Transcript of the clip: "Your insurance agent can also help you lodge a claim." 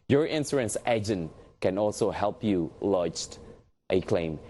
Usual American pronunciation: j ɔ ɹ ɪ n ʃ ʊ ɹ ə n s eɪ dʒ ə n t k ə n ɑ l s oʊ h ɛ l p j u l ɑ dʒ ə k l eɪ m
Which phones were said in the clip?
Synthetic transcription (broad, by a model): j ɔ ɹ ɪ n s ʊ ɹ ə n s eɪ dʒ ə n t k ə n ɑ l s oʊ h ɛ l p j u l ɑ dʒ ə k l eɪ m